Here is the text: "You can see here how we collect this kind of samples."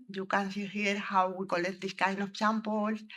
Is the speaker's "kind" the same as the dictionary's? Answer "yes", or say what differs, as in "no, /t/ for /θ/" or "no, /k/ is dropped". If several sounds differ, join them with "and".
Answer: no, /d/ is dropped